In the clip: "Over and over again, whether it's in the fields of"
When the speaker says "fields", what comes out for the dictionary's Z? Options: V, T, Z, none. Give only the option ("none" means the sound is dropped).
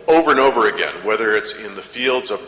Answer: Z